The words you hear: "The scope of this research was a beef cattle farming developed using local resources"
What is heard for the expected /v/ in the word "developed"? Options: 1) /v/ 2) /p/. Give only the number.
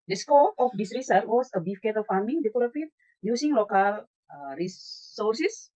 2